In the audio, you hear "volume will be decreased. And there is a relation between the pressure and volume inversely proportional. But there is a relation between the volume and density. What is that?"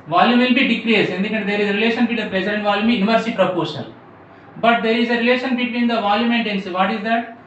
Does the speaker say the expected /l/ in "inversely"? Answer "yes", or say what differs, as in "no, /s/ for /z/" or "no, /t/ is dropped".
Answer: no, /l/ is dropped